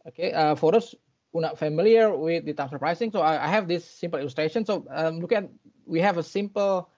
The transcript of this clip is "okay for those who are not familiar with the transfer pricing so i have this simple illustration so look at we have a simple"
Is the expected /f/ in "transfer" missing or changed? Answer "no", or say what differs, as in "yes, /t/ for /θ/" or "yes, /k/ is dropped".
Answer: yes, /f/ is dropped